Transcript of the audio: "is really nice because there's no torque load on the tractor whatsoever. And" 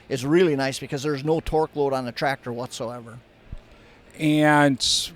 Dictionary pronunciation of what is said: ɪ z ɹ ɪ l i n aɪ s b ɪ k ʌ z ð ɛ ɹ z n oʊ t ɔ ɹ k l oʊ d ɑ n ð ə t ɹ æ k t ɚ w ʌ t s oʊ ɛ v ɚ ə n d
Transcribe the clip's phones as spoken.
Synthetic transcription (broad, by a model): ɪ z ɹ ɪ l i n aɪ s b ɪ k ʌ z ð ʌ ɹ z n oʊ t ɔ ɹ k l oʊ d n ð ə t ɹ æ k t ɚ w ʌ t s oʊ ɛ v ɚ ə n